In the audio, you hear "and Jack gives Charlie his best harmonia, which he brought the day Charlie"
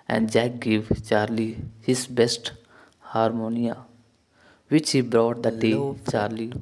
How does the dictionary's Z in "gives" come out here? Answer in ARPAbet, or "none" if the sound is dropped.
none